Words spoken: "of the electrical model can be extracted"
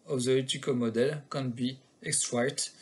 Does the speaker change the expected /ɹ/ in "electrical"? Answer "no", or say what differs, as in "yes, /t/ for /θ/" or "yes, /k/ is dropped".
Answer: yes, /ɹ/ is dropped